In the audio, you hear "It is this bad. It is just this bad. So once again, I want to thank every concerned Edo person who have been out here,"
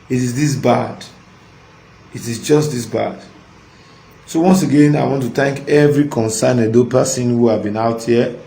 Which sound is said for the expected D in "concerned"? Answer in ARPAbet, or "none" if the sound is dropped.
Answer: none